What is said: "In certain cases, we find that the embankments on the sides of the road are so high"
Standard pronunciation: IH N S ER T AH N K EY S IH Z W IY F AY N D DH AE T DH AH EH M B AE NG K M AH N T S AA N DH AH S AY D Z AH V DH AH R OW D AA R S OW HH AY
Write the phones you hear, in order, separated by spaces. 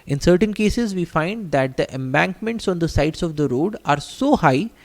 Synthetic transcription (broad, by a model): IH N S ER T AH N K EY S IH Z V IY F AY N D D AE T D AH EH M B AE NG K M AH N T S AA N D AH S AY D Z AH V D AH R OW D AA R S OW HH AY